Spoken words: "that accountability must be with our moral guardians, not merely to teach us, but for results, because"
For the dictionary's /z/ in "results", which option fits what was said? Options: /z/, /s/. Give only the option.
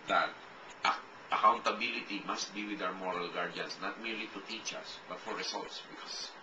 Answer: /s/